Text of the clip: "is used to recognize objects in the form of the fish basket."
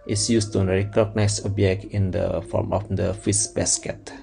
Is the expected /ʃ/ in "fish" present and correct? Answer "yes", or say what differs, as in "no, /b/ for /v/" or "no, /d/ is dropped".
no, /s/ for /ʃ/